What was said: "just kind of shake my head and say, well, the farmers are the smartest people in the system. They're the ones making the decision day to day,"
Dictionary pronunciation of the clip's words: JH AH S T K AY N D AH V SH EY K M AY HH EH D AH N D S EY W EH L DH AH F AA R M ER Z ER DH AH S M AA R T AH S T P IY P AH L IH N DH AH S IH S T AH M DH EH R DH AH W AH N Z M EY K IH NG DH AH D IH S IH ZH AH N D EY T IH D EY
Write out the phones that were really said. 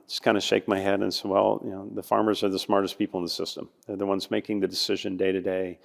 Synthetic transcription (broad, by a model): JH AH S K AY N D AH SH EY K M AY HH EH D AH N S EY W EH L DH AH F AA R M ER Z ER DH AH S M AA R T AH S P IY P L IH N DH AH S IH S T AH M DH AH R DH AH W AH N Z M EY K IH NG DH AH D IH S IH ZH AH N D EY T IH D EY